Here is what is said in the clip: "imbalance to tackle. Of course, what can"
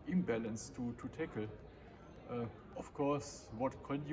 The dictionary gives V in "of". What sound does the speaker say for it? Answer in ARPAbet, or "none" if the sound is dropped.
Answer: F